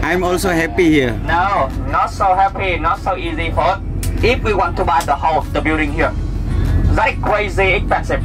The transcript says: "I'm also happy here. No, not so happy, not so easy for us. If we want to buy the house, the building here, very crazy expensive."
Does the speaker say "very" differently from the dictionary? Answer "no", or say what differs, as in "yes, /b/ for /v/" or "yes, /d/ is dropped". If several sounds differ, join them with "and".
yes, /ɹ/ is dropped